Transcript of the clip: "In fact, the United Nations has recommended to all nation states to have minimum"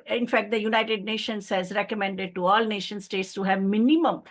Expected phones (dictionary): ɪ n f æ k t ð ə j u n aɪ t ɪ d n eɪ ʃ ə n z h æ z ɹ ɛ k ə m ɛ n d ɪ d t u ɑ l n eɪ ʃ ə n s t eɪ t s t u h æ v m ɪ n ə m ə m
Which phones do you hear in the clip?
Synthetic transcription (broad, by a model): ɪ n f æ k t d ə j u n aɪ t ɪ d n eɪ ʃ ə n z h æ z ɹ ɛ k ə m ɛ n d ɪ d t u ɑ l n eɪ ʃ ə n s t eɪ t s t u h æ v m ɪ n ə m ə m